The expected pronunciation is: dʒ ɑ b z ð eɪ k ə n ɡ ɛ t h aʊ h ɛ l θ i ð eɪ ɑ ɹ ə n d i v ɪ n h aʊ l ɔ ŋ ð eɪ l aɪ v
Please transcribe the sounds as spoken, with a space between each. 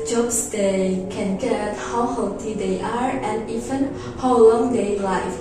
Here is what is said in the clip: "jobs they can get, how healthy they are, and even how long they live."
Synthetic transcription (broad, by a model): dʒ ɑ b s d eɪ k ə n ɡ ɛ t h aʊ h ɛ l t i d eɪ ɑ ɹ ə n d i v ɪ n h aʊ l ɔ ŋ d eɪ l aɪ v